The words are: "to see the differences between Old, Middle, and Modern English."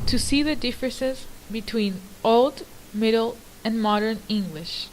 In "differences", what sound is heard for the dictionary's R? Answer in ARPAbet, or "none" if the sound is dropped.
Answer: R